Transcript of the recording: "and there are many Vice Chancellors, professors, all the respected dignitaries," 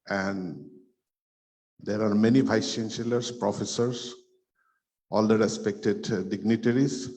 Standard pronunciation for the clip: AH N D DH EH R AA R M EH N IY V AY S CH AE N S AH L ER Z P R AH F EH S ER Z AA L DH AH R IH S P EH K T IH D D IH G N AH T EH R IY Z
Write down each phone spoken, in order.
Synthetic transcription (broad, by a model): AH N D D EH R AA R M EH N IY B AY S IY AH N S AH L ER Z P R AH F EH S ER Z AA L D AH R IH S P EH K T IH D D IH G N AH T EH R IY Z